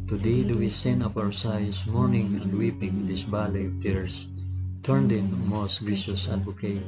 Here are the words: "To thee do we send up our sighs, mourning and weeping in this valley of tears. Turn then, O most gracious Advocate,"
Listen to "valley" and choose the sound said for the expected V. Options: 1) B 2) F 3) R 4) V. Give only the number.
1